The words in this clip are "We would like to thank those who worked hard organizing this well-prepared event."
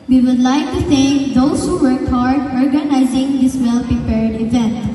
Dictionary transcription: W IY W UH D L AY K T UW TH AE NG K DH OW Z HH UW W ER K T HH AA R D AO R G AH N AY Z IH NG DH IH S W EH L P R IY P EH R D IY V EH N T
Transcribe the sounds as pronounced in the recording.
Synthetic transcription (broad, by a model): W IY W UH D L AY K T UW S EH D OW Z HH UW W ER K HH AA R D AO R G AH N AY Z IH NG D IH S W EH L P R IY P EH R D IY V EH N T